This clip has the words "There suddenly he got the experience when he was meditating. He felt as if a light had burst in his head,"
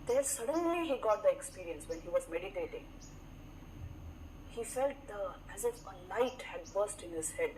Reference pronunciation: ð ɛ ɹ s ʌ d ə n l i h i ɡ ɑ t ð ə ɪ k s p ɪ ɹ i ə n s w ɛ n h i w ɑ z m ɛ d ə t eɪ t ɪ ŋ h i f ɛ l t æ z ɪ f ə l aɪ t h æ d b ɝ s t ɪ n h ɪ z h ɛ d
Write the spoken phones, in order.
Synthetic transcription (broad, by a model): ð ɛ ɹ s ʌ d ə n l i h i ɡ ɑ t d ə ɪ k s p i ɹ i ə n s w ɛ n h i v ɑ z m ɛ d ə t eɪ t ɪ ŋ h i f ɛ l t æ z ɪ f ə n aɪ t h æ d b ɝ s t ɪ n h ɪ z h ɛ d